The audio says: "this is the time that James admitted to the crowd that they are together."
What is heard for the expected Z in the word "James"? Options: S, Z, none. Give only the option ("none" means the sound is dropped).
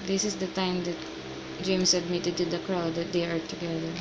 S